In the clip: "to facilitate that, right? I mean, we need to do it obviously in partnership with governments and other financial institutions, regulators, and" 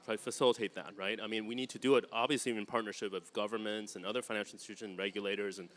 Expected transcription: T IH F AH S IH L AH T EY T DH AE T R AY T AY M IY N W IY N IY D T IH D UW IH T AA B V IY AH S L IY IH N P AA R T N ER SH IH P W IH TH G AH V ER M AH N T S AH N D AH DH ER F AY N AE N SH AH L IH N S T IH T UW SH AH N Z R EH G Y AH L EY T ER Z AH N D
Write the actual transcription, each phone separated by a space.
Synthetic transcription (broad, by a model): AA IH F AH S IH L AH T EY T DH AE T R AY T AY M IY N W IY N IY D T IH D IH IH T AA B V IY AH S L IY IH N P AA R T N ER SH IH P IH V G AH V ER M AH N T S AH N AH DH ER F AY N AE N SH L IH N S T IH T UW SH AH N R EH G Y AH L EY T ER Z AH N